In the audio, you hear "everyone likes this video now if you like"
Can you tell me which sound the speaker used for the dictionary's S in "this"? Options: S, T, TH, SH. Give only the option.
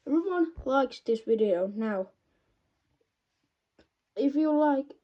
S